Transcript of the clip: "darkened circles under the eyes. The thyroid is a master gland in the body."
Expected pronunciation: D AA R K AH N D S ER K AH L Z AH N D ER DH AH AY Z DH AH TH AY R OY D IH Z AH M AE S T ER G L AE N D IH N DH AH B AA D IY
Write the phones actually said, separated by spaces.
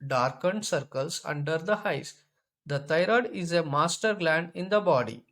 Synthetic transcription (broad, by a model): D AA R K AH N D S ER K AH L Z AH N D ER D AH AY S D AH T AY R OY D IH Z AH M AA S T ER G L AE N D IH N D AH B AA D IY